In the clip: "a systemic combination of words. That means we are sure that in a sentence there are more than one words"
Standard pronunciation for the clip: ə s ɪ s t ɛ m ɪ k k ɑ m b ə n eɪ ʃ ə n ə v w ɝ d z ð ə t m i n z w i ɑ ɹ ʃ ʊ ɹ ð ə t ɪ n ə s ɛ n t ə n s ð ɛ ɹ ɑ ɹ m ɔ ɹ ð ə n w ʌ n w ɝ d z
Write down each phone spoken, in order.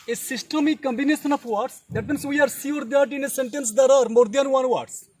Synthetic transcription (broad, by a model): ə s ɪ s t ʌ m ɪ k k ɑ m b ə n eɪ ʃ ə n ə f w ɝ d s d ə t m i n s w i ɑ ɹ s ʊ ɹ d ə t ɪ n ə s ɛ n t ə n s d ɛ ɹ ɑ ɹ m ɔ ɹ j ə n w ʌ n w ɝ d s